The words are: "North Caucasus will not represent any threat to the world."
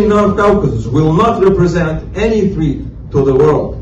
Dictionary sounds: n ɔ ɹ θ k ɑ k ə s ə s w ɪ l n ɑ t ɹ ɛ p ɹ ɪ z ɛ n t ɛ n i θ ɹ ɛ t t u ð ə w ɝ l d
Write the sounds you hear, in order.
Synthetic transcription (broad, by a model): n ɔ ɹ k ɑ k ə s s w ɪ l n ɑ t ɹ ɛ p ɹ ɪ z ɛ n t ɛ n i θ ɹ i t t u ð ə w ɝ l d